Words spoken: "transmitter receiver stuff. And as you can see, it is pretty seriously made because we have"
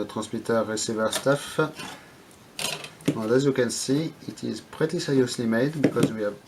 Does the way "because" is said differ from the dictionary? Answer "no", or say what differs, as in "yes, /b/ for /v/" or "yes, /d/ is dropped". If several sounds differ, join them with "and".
no